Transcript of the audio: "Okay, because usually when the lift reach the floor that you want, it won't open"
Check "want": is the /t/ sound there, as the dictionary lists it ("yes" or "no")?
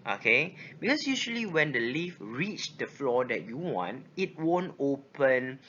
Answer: yes